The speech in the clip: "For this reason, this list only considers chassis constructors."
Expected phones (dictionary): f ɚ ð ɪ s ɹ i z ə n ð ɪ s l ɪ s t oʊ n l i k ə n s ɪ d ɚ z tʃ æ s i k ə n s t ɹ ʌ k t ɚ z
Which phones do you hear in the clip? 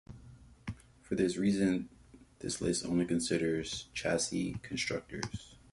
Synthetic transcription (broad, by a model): f ɚ ð ɪ s ɹ i z ə n ð ɪ s l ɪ s oʊ n l i k ə n s ɪ d ɚ z tʃ æ s i k ə n s t ɹ ʌ k t ɚ z